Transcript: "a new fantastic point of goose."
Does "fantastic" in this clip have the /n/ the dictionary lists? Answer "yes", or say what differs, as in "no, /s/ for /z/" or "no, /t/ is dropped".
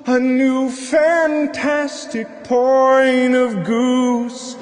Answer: yes